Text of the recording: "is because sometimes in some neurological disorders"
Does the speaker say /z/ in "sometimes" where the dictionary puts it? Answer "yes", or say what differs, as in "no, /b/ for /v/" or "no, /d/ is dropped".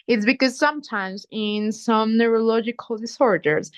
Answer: yes